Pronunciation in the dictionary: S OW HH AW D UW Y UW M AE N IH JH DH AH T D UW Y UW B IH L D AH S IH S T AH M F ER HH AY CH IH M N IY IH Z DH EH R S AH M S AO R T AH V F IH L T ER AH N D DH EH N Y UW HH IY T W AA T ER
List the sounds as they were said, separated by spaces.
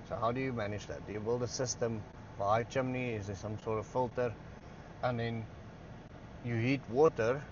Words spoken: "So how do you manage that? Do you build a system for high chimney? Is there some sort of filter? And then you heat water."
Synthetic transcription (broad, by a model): S OW HH AW D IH Y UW M AE N IH JH DH AH T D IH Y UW B IH L D AH S IH S T AH M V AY CH IH M N IY IH Z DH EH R S AH M S AO R T AH V F IH L T ER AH N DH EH N Y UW HH IY T W AA T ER